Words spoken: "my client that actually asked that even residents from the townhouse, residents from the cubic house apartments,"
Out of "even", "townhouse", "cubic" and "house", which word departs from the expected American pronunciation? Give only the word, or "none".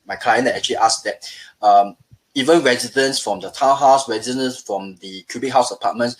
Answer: townhouse